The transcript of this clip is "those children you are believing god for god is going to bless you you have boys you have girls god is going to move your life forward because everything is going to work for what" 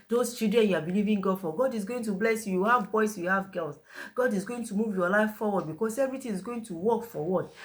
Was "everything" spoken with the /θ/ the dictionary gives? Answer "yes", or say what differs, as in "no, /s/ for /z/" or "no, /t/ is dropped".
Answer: no, /t/ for /θ/